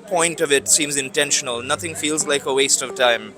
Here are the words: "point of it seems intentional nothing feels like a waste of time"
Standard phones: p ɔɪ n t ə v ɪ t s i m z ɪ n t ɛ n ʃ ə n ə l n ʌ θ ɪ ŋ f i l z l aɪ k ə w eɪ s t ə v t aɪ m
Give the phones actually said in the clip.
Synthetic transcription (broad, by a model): p ɔɪ n t ə v ɪ t s i m z ɪ n t ɛ n ʃ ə n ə l n ʌ θ ɪ ŋ f i l z l aɪ k ə w eɪ s t ə v t aɪ m